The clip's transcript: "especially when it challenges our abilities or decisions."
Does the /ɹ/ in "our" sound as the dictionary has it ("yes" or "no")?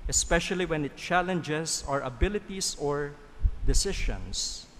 yes